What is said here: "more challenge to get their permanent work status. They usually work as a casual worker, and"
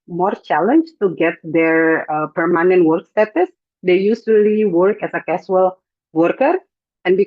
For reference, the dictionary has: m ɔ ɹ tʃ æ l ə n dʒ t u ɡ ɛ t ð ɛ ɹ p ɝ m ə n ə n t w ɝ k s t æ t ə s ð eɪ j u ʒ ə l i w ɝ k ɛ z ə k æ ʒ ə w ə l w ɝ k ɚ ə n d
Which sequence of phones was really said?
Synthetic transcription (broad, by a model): m ɔ ɹ tʃ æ l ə n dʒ t u ɡ ɛ t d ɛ ɹ p ɝ m ə n ə n t w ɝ k s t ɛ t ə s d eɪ j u s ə l i w ɝ k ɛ s ə k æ s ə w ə l w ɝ k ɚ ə n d